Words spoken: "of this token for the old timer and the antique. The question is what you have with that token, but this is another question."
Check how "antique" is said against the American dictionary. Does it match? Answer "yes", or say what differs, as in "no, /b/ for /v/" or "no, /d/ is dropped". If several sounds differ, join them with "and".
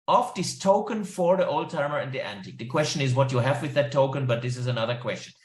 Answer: yes